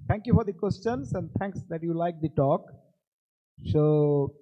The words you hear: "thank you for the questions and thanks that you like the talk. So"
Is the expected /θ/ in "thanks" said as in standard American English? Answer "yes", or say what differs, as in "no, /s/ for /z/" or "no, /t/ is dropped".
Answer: no, /t/ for /θ/